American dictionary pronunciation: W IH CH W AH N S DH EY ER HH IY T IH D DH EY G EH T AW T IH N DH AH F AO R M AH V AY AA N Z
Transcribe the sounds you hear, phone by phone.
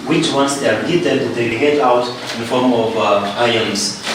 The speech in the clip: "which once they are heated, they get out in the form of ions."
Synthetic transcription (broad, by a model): W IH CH W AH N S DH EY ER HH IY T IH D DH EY G EH T AW T IH N F AO R M AH V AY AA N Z